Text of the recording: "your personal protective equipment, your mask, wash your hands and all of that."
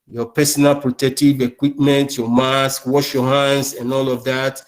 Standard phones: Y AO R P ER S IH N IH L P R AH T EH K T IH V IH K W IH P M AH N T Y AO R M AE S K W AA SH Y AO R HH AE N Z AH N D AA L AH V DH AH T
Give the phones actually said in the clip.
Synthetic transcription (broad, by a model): Y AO P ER S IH N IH L P R AH T EH K T IH V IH K W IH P M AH N T Y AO M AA S K W AA SH Y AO HH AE N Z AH N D AA L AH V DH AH T